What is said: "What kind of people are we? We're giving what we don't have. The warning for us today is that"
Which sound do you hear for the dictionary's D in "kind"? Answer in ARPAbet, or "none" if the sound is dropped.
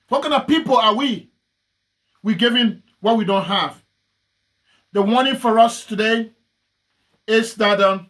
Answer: none